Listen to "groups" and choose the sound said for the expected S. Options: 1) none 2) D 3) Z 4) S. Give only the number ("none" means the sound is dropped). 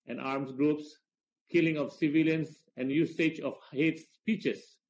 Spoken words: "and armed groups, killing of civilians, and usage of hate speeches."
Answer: 4